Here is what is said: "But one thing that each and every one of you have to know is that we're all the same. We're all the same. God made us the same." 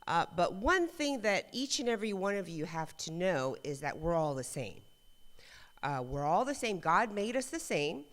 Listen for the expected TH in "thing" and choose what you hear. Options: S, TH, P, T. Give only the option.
TH